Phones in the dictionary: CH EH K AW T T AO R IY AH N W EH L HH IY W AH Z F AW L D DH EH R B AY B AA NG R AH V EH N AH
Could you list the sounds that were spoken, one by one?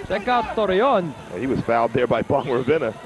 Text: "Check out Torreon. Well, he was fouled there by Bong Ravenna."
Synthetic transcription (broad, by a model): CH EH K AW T T AO R IY AH N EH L HH IY W AH Z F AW D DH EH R B AY B AA NG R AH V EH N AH